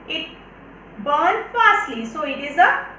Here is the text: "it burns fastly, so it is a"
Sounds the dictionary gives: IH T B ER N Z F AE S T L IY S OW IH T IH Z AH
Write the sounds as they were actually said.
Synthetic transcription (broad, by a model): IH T B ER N F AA S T L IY S OW IH T IH Z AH